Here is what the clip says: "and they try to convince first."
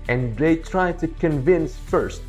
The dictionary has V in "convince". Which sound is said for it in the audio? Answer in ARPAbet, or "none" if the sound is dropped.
V